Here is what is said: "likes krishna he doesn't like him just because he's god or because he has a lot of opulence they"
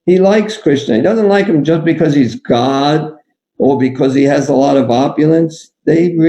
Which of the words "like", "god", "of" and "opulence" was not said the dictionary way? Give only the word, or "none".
none